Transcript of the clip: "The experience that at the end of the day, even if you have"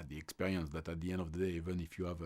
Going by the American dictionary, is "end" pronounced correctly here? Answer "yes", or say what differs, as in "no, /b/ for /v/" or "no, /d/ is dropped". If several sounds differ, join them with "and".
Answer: yes